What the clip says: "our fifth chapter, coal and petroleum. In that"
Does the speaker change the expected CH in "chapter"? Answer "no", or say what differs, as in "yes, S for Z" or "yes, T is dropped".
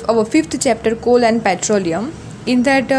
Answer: no